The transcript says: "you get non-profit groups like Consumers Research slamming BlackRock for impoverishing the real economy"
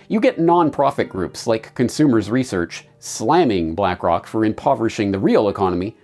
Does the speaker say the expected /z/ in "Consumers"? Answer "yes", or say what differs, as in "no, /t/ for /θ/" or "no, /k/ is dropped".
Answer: yes